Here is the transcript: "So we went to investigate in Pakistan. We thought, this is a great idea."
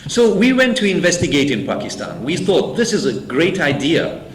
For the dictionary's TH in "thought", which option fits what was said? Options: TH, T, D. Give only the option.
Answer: TH